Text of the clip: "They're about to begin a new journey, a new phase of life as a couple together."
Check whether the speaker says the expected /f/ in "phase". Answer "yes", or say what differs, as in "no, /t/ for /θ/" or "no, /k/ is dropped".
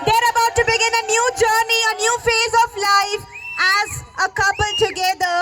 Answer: yes